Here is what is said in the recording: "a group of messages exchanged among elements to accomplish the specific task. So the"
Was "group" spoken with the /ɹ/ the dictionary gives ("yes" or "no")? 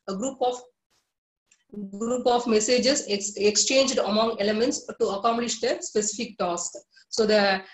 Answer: yes